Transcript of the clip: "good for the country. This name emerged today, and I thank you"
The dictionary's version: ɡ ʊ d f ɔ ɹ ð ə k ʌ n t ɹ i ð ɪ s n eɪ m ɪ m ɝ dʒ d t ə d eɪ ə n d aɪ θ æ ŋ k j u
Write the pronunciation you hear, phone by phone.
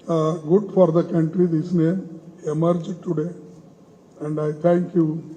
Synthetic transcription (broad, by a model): ɡ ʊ d f ɔ ɹ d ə k ʌ n t ɹ i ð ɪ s n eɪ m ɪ m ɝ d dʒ t ə d eɪ ə n d aɪ t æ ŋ k j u